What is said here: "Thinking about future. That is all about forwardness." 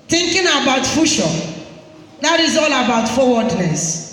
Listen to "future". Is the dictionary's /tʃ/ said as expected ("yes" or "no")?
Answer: no